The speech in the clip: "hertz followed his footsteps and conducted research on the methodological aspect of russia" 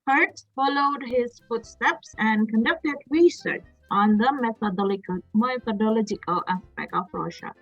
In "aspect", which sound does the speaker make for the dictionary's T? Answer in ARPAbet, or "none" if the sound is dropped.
none